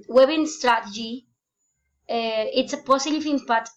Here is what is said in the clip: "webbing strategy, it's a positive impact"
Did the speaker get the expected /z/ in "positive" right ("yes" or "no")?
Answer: no